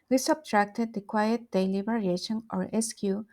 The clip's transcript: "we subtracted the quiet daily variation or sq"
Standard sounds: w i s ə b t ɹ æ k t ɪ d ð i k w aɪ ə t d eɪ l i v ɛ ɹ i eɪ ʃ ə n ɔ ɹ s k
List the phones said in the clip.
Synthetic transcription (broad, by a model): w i s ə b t ɹ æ k t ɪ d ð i k w aɪ ə t d eɪ l i b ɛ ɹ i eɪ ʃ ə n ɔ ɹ s k